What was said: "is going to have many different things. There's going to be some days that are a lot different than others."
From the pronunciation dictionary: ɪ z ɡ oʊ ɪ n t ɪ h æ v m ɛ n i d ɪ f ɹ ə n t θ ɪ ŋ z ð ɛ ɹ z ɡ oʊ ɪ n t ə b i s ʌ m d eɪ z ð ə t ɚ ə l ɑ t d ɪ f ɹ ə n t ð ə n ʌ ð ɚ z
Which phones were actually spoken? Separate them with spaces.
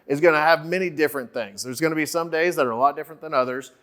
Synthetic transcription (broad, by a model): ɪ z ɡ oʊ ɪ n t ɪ v m ɛ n i d ɪ f ɹ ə n θ ɪ ŋ z ð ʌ ɹ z ɡ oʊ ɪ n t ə b i s ʌ m d eɪ z ð ə t ɚ ə l ɑ t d ɪ f ɹ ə n ð ə n ʌ ð ɚ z